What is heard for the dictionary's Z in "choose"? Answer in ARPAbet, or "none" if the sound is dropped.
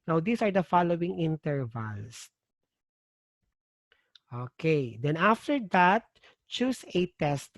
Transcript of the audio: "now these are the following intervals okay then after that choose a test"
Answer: S